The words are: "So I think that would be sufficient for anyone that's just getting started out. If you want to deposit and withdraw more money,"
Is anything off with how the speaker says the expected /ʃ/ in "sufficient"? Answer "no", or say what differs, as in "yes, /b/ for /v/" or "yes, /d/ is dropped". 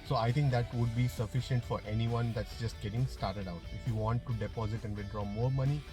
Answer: no